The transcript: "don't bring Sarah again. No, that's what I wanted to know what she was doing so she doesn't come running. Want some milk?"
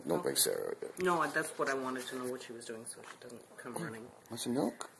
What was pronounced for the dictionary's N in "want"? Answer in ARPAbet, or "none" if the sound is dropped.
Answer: none